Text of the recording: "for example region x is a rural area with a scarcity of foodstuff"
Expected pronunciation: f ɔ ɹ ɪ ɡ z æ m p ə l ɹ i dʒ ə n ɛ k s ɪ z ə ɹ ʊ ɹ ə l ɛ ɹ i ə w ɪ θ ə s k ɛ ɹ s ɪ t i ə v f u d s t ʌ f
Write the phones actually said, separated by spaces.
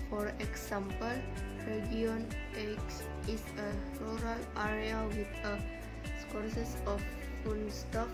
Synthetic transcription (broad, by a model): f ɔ ɹ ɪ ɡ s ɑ m p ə l ɹ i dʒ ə n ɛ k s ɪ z ə ɹ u ɹ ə l ɛ ɹ i ə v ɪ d ə s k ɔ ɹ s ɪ s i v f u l s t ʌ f